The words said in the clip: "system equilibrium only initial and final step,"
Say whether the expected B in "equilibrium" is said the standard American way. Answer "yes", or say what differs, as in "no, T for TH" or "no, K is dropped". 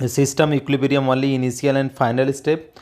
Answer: no, B is dropped